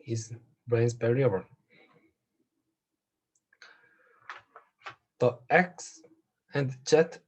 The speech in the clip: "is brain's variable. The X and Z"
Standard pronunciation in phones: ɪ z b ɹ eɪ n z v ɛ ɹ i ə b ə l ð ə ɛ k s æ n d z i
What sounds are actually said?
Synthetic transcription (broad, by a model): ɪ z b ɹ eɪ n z b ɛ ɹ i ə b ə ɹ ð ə ɛ k s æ n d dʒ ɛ